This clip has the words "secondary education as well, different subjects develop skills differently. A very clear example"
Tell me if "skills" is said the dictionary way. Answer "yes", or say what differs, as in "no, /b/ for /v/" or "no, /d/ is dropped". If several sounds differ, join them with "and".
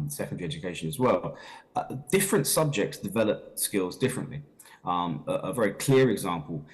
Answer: yes